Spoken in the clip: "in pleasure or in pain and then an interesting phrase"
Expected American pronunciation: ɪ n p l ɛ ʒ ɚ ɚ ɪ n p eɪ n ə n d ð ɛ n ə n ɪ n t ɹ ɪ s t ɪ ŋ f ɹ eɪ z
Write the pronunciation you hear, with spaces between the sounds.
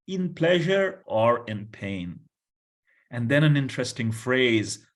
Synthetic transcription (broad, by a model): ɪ n p l ɛ ʒ ɚ ɚ ɪ n p eɪ n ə n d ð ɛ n ə n ɪ n t ɹ ɪ s t ɪ ŋ f ɹ eɪ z